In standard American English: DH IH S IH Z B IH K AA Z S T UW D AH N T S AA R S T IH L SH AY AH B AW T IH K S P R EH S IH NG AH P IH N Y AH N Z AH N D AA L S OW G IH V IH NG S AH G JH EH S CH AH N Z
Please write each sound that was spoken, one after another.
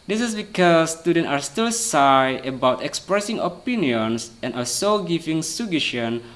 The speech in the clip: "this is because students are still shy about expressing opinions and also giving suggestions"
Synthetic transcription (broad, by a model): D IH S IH S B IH K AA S T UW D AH N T AA R S T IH L S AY AH B AW T IH K S P R EH S IH NG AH P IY N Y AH N S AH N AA S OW G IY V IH NG S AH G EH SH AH N